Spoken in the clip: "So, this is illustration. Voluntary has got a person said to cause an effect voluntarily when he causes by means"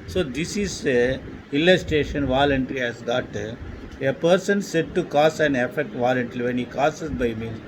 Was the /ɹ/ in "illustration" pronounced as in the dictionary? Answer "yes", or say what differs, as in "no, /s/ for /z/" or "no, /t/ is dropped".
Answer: no, /ɹ/ is dropped